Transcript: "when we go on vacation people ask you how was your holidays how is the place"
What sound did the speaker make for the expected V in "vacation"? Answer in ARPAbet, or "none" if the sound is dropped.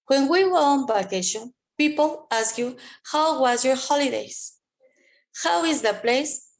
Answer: B